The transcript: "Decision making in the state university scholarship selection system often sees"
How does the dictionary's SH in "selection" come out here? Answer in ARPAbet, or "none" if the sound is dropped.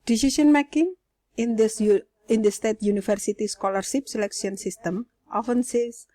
S